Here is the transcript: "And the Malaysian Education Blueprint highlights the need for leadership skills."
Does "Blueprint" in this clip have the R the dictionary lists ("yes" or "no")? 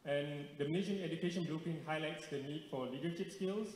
no